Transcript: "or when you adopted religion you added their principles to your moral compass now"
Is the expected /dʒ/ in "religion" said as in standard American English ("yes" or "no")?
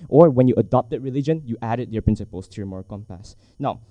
yes